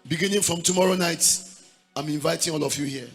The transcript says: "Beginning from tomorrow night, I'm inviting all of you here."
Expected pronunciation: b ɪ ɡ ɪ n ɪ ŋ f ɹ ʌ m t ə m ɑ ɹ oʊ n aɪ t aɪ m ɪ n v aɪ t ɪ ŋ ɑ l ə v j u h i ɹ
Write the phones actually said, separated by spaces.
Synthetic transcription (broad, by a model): b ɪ ɡ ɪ n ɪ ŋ f ɹ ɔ m t ə m ɑ ɹ oʊ n aɪ t aɪ m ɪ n v aɪ t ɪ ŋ ɑ l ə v j u h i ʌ